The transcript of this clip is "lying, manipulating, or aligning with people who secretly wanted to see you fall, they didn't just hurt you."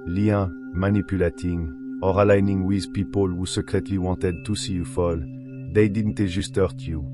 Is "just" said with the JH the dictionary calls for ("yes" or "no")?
no